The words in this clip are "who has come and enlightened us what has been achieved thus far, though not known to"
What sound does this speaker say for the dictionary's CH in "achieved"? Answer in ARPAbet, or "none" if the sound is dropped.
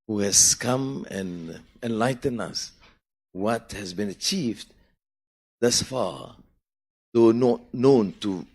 CH